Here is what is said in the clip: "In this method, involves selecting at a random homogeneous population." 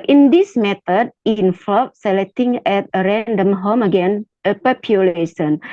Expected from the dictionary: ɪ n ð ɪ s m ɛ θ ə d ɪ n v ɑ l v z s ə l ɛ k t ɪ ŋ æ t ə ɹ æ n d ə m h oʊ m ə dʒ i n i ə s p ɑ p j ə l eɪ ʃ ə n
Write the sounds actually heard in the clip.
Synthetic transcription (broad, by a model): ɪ n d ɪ s m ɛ t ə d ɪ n f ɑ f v s ə l ɛ k t ɪ ŋ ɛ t ə ɹ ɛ n d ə m h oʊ m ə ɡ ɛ n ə p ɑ p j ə l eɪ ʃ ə n